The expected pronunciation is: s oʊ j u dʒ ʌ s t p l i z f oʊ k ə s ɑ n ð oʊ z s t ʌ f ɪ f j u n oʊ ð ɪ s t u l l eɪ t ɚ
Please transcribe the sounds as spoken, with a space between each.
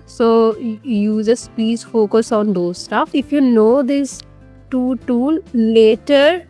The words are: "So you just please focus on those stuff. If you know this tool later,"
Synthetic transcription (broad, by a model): s oʊ j u z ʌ s p i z f oʊ k ə s ɑ n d oʊ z s t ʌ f ɪ f j u n oʊ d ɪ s t u l l eɪ t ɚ